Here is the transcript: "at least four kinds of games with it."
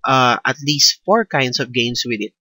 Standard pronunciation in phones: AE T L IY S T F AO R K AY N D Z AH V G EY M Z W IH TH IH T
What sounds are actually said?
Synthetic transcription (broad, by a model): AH T L IY S T F AO R K AY N D S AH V G EY M S W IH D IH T